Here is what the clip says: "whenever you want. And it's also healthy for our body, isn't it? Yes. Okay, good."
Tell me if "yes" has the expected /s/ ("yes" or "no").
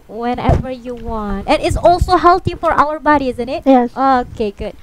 no